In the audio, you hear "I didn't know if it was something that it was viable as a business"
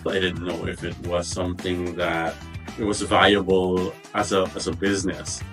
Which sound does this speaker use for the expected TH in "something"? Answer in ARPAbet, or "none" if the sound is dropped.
TH